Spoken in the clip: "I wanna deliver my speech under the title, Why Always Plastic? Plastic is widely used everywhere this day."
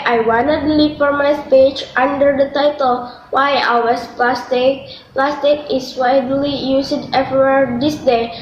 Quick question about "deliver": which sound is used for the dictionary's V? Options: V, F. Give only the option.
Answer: F